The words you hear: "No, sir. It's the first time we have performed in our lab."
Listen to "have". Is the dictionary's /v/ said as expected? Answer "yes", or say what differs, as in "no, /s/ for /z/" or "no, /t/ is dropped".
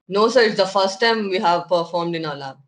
yes